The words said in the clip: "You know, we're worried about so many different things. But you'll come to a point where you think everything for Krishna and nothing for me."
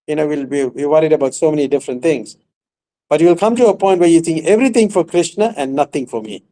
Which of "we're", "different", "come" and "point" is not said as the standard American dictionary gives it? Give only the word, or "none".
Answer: we're